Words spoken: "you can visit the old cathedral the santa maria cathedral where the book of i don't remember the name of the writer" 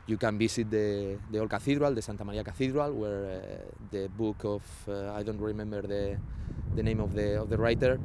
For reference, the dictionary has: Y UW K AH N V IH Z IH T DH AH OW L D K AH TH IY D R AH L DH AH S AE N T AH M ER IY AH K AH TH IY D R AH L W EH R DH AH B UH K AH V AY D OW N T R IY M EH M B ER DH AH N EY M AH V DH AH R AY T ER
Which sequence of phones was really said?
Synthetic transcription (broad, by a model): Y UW K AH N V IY S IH T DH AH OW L K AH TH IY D R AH L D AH S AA N T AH M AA IY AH K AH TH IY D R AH L W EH R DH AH B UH K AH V AY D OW N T R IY M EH M B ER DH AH N EY M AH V DH AH R AY T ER